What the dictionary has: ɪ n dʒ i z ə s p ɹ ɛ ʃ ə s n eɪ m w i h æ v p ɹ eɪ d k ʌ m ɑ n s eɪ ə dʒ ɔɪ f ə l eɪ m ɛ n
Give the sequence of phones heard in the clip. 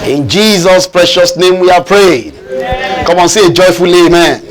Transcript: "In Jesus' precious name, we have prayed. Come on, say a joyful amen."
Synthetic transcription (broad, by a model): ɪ n dʒ i z ə s p ɹ ɛ ʃ ə s n eɪ m w i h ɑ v p ɹ eɪ d k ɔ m ɑ n s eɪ ə dʒ ɔɪ f ə l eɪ m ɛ n